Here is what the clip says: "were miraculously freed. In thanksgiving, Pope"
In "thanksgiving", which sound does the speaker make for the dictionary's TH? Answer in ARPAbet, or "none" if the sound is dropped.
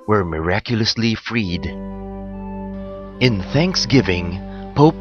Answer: TH